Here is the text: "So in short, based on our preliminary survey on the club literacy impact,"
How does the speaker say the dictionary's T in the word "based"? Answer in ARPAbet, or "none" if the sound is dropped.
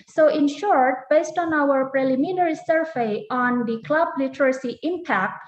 T